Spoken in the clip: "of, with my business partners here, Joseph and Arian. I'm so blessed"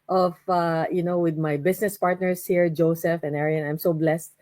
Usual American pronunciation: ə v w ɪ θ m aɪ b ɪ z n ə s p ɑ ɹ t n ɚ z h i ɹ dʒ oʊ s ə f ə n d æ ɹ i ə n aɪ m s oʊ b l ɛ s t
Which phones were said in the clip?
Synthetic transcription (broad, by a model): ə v w ɪ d m aɪ b ɪ s n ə s p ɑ ɹ t n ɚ s h i ɹ dʒ oʊ s ə f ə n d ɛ ɹ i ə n aɪ m s oʊ b l ɛ s t